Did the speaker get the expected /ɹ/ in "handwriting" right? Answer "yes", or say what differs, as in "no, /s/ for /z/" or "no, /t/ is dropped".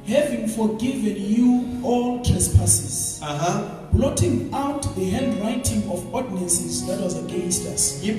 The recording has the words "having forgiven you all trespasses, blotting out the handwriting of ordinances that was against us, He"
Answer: no, /l/ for /ɹ/